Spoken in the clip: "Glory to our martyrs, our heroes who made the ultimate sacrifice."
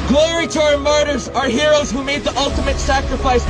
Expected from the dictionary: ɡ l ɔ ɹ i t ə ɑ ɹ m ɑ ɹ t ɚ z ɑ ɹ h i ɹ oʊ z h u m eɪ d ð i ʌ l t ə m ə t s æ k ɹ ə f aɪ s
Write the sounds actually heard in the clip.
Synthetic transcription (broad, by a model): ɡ l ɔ ɹ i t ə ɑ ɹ m ɑ ɹ t ɚ z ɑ ɹ h i ɹ oʊ z h u m eɪ d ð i ʌ l t ə m ə t s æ k ɹ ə f aɪ s